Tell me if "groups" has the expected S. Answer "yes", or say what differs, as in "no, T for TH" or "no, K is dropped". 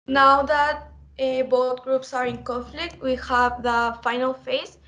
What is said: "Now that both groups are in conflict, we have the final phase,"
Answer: yes